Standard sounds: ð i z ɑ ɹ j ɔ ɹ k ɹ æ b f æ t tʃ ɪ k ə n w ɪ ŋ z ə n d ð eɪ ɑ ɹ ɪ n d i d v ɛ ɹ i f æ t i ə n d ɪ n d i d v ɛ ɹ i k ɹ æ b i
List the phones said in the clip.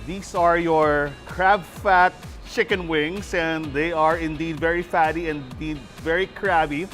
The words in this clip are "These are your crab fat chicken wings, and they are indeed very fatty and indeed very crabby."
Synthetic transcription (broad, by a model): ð i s ɑ ɹ j ɔ ɹ k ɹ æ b f æ t tʃ ɪ k ə n w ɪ ŋ s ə n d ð eɪ ɑ ɹ ɪ n d i d v ɛ ɹ i f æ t i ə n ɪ n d i d v ɛ ɹ i k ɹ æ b i